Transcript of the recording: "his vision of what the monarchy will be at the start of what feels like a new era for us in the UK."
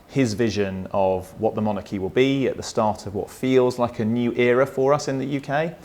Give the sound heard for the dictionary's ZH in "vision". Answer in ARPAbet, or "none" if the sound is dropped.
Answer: ZH